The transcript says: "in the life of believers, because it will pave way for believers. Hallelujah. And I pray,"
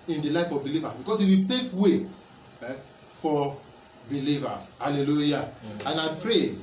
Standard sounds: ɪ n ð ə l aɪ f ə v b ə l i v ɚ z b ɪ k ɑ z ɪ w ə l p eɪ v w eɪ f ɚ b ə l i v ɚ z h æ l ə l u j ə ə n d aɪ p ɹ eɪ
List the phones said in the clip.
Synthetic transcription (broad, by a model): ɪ n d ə l aɪ f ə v b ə l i v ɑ s b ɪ k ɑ s ɪ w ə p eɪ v w eɪ f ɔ b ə l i v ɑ s h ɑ l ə l u j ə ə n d aɪ p ɹ eɪ